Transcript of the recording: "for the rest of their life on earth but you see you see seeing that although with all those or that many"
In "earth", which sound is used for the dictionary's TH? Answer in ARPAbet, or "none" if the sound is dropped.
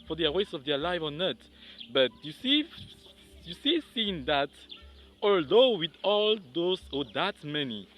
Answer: T